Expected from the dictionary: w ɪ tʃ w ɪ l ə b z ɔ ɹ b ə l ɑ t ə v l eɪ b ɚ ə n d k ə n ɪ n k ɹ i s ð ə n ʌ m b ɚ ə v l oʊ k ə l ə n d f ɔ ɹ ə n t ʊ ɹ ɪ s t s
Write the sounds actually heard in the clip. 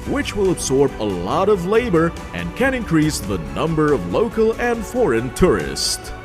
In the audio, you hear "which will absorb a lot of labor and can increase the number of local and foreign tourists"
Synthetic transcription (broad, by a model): w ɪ tʃ w ɪ l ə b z ɔ ɹ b ə l ɑ t ə v l eɪ b ɚ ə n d k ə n ɪ n k ɹ i s ð ə n ʌ m b ɚ ə v l oʊ k ə l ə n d f ɔ ɹ ə n t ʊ ɹ ɪ s t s